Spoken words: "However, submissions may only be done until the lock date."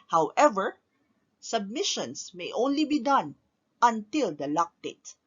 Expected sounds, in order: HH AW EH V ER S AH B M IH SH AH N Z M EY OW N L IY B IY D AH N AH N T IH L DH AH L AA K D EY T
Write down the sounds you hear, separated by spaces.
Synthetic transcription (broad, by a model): HH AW EH V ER S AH B M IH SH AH N S M EY OW N L IY B IY D AH N AH N T IH L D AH L AA K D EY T